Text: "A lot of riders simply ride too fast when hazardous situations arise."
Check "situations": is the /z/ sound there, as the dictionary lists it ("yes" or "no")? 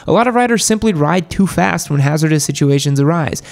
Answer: yes